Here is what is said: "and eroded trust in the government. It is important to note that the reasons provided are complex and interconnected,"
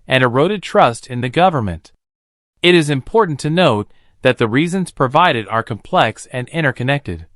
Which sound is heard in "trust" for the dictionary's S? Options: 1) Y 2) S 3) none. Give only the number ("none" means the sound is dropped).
2